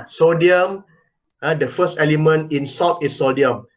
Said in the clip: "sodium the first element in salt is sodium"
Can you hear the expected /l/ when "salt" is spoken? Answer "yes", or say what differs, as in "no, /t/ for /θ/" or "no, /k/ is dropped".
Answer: no, /l/ is dropped